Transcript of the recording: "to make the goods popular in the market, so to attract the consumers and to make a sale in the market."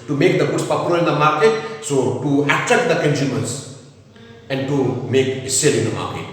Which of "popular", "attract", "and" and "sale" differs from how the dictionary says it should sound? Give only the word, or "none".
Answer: attract